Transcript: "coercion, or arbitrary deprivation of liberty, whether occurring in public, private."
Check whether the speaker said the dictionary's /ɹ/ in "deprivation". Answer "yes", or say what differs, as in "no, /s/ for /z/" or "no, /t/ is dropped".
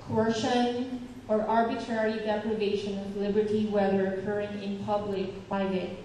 no, /l/ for /ɹ/